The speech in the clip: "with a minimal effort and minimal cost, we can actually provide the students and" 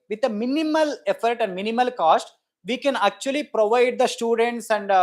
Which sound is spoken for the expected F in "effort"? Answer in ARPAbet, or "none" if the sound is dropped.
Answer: F